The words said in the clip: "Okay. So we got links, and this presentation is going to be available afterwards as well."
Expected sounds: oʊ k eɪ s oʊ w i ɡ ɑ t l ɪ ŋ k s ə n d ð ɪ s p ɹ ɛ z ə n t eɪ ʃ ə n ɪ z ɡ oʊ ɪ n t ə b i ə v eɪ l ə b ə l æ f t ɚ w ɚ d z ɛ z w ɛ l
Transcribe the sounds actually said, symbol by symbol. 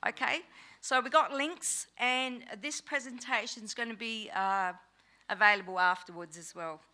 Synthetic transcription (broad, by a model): oʊ k eɪ s oʊ w i ɡ ɑ t l ɪ ŋ k s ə n ð ɪ s p ɹ ɛ z ə n t eɪ ʃ ə n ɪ z ɡ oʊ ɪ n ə b i ə v eɪ l ə b ə l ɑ f t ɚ w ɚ d z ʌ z w ɛ l